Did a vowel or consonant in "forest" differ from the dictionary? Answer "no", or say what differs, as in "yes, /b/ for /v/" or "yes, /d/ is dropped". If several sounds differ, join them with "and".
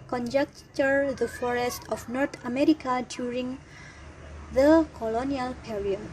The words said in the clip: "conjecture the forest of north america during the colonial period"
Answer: no